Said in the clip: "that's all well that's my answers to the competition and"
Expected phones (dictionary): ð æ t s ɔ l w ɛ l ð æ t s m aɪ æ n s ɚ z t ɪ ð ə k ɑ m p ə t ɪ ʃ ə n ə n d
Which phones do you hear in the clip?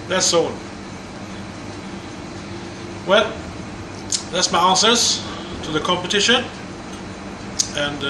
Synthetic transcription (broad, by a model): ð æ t s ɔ n w ɛ l ð æ t s m aɪ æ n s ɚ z t ɪ ð ə k ɑ m p ə t ɪ ʃ ə n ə n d